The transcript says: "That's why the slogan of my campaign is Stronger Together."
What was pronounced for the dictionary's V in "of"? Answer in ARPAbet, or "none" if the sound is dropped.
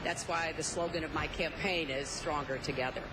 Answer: V